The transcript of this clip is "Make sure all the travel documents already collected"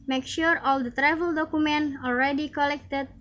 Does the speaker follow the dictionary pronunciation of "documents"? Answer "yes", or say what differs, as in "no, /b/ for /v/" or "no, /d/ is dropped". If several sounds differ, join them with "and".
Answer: no, /s/ is dropped